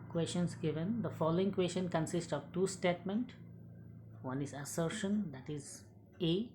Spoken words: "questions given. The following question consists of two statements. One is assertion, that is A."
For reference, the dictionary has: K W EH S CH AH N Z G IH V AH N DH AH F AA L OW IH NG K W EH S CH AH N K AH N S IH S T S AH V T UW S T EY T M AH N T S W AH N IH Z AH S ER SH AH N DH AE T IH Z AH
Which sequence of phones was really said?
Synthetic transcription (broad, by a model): K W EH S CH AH N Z G IH V AH N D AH F AA L OW IH NG K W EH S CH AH N K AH N S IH S T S AH V T UW S T EY T M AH N T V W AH N IH Z AH S ER SH AH N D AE T IH Z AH